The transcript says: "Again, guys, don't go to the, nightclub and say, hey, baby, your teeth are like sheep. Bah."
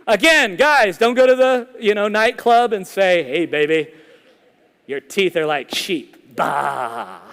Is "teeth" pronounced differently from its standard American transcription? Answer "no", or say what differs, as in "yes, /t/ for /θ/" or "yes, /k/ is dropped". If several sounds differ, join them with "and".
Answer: no